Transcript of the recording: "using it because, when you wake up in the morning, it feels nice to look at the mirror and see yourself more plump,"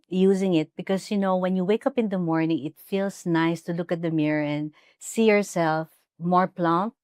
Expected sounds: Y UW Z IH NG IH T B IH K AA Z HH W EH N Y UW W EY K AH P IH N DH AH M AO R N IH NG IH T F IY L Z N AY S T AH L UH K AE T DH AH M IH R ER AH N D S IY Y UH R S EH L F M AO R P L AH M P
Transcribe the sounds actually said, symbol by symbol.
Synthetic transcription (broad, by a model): Y UW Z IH NG IH T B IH K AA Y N W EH N Y UW W EY K AH P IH N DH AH M AO R N IH NG IH T F IY L S N AY S T AH L UH K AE T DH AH M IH R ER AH N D S IY Y UH R S EH L F M AO R P L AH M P